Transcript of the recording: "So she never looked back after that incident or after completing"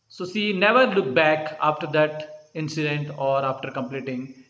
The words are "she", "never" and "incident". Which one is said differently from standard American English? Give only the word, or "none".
she